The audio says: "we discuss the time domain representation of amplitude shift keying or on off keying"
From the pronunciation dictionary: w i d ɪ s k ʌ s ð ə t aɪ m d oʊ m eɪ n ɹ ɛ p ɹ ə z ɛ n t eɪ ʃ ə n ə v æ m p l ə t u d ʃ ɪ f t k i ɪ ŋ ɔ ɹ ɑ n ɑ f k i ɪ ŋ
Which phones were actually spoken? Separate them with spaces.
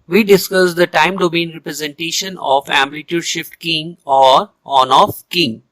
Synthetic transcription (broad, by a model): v i d ɪ s k ʌ s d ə t aɪ m d oʊ m eɪ n ɹ ɛ p ɹ ə z ɛ n t eɪ ʃ ə n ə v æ m l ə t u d ʃ ɪ f t k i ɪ ŋ ɔ ɹ ɑ n ɑ f k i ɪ ŋ